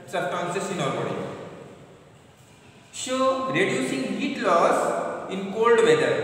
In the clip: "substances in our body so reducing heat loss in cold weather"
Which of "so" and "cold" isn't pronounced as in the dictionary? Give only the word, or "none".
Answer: so